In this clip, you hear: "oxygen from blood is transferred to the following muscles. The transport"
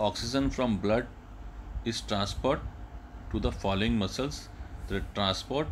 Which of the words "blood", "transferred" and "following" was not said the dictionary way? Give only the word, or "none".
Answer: transferred